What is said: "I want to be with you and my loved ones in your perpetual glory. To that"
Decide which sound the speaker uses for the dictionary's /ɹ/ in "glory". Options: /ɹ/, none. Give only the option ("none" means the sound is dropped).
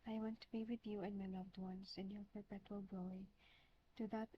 none